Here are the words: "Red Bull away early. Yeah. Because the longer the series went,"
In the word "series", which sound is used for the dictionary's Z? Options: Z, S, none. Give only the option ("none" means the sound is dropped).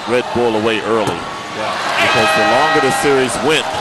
Z